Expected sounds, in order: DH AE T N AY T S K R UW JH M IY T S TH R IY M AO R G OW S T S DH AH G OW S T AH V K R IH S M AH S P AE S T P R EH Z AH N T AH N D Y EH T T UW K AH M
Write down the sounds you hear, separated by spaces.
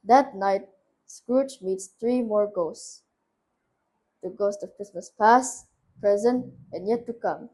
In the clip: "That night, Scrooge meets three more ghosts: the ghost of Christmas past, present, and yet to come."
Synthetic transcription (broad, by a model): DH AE T N AY T S K R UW CH M IY T S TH R IY M AO R G OW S T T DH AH G OW S T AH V K R IH S M AH S P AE S P R EH Z AH N T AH N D Y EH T T UW K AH M